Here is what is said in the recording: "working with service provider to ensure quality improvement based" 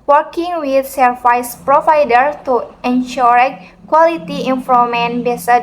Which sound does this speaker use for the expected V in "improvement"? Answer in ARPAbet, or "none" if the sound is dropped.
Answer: none